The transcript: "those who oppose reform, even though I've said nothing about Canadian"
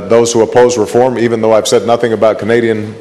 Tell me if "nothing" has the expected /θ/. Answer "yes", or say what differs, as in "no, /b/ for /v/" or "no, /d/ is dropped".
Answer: yes